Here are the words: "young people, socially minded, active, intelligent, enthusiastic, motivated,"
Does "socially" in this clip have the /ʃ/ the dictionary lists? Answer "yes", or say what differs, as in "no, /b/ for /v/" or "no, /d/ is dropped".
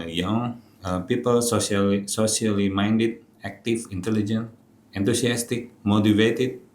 no, /s/ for /ʃ/